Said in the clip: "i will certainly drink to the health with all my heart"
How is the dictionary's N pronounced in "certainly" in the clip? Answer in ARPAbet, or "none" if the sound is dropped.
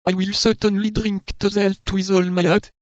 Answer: N